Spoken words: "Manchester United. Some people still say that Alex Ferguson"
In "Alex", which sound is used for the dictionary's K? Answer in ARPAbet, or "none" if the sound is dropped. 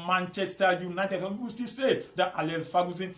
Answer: none